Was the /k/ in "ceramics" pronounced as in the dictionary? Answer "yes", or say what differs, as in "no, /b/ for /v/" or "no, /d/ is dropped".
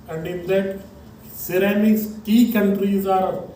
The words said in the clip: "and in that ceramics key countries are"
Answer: no, /k/ is dropped